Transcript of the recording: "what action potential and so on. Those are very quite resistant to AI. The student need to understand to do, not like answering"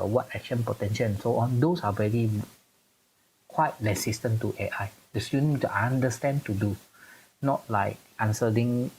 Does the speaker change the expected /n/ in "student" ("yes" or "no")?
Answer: yes